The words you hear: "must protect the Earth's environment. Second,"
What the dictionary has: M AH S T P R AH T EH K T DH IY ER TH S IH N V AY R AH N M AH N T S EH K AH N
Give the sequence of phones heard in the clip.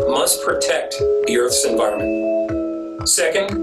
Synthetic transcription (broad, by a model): M AH S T P R AH T EH K T DH IY ER TH S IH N V AY R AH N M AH N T S EH K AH N